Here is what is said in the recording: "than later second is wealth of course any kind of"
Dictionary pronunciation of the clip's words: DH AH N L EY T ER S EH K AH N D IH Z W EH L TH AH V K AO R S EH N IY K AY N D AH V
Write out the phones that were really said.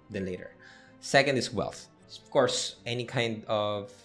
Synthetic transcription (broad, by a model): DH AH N L EY T ER S EH K AH N D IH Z W EH L TH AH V K AO R S EH N IY K AY N D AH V